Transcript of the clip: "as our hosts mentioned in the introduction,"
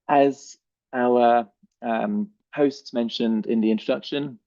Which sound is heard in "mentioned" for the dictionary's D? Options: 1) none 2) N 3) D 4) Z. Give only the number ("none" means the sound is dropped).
3